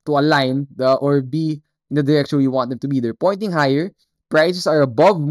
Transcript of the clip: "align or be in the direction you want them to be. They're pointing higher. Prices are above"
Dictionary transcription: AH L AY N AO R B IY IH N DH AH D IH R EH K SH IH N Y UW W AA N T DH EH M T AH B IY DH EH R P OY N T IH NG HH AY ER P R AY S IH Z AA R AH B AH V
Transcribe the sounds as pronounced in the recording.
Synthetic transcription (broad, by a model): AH L AY N AO R B IY IH N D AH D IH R EH K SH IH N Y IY W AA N T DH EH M T AH B IY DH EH R P OY N T IH NG HH AY ER P R AY S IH S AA R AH B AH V